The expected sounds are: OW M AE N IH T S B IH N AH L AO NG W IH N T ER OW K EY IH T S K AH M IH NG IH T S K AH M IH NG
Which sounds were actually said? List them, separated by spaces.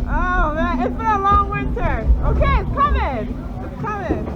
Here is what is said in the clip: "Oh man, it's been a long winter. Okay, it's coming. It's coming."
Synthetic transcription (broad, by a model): OW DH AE IH T S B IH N AH L AO NG W IH N T ER OW K EY IH T S K AH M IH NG IH T S K AH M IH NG